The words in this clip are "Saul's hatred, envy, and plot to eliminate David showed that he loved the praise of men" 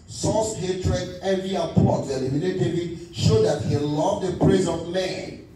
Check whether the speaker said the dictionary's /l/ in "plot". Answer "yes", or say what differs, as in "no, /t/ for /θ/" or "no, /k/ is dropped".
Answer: no, /l/ is dropped